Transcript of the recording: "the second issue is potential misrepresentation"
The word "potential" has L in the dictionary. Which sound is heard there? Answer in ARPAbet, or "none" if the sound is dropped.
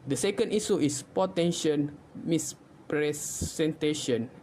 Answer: N